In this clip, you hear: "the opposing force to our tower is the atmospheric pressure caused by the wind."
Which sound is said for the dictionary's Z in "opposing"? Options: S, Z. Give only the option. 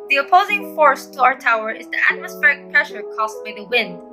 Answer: Z